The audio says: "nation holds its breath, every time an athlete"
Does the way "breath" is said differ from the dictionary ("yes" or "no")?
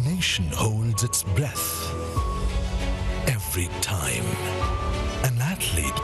no